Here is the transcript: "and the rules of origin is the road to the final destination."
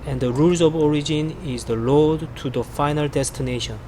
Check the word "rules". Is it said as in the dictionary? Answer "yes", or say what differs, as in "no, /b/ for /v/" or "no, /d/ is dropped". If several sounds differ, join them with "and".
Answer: yes